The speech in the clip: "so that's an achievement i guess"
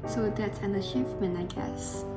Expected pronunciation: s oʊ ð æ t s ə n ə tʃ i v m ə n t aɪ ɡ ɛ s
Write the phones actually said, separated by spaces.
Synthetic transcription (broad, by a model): s oʊ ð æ t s ə n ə ʃ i f m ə n aɪ ɡ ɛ s